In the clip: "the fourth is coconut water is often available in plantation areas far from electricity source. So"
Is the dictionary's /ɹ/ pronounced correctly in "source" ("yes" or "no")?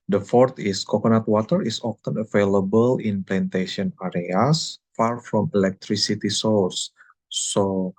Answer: no